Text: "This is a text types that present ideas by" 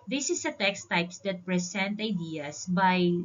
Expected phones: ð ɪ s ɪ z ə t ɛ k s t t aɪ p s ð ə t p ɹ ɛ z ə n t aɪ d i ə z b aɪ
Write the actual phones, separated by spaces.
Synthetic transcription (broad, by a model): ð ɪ s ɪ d ə t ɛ k s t t aɪ p s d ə t p ɹ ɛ s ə n t aɪ d i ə s b aɪ